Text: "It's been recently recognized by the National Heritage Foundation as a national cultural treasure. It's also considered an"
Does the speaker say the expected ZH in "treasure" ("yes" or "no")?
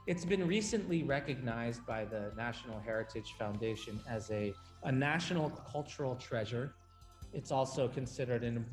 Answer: yes